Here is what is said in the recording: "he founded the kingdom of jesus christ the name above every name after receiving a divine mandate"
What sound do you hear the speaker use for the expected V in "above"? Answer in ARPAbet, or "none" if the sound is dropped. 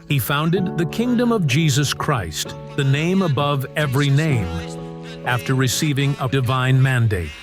V